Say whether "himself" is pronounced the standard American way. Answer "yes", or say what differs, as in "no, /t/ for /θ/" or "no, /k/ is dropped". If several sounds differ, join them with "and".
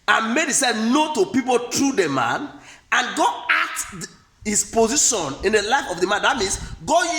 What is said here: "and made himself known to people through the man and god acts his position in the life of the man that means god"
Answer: no, /m/ is dropped